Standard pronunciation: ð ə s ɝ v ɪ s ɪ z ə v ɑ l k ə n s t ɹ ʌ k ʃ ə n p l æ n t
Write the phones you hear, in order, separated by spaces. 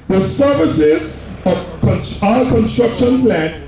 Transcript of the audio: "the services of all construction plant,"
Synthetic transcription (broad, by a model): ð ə s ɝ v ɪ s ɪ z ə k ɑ n k ə n s t ɹ ʌ k ʃ ə n p l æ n